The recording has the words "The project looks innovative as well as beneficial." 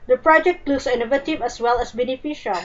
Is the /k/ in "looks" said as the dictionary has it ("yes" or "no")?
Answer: no